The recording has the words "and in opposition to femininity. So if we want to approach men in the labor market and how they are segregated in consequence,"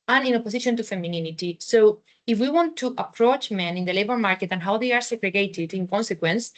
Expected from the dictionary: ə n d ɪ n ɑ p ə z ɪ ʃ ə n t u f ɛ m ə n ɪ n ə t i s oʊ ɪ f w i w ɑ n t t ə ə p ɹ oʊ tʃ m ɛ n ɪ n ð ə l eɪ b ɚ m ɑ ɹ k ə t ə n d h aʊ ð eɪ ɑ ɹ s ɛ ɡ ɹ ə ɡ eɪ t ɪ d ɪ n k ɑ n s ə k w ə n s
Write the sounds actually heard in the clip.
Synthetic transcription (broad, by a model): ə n ɪ n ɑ p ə s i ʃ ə n t u f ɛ m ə n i n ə t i s oʊ ɪ f w i w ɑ n t t ə p ɹ oʊ tʃ m ɛ n ɪ n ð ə l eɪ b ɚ m ɑ ɹ k ə t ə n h aʊ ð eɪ ɑ ɹ s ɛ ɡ ɹ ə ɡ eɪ t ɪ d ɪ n k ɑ n s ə k w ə n s